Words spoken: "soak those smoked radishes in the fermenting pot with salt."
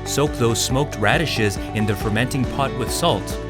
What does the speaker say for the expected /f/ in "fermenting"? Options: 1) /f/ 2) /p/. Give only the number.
1